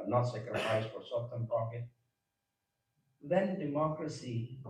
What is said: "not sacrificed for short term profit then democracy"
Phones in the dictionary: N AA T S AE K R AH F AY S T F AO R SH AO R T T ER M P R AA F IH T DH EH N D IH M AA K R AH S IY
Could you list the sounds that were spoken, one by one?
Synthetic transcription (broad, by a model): N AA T S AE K R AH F AY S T F AO R S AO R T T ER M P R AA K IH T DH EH N D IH M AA K R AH S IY